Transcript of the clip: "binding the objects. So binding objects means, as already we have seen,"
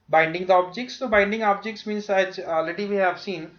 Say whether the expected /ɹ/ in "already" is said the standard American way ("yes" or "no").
no